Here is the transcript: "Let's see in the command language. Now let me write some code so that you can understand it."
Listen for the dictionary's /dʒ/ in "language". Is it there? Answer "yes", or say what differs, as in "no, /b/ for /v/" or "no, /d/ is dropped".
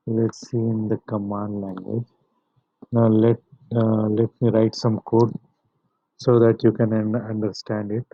yes